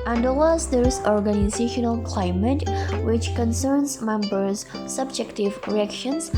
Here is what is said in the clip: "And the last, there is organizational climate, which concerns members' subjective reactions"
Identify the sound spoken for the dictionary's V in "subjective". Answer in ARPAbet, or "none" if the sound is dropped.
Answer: V